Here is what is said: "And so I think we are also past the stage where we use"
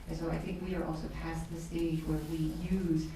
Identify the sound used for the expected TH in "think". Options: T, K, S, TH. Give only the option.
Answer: TH